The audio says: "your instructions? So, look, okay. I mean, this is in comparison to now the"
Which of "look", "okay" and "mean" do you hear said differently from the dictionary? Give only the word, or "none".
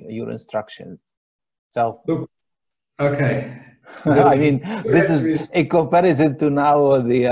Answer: look